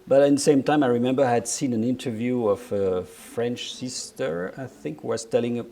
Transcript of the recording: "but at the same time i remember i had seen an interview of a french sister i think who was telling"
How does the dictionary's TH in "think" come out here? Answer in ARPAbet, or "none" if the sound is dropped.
TH